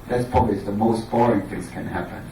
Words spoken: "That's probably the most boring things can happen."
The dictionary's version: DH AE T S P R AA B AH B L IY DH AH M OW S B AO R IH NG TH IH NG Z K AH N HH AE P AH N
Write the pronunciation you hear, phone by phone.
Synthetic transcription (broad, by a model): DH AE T S P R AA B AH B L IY DH AH M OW S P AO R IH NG TH IH NG Z K AH N HH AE P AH N